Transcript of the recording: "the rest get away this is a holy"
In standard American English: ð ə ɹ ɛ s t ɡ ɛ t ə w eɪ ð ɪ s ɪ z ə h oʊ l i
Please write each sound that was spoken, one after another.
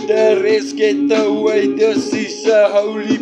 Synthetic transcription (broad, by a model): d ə ɹ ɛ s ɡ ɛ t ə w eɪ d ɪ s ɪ s ə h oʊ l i